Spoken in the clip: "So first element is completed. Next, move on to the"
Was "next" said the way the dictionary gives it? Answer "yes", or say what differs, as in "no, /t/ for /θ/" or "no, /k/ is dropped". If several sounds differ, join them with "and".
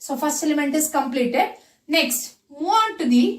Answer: yes